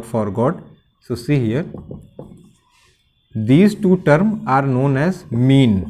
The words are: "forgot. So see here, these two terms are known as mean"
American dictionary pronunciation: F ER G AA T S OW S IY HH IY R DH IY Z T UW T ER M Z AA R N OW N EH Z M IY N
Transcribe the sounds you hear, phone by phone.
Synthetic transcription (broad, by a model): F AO G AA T S OW S IY HH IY R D IY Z T UW T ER M AA R N OW N EH Z M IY N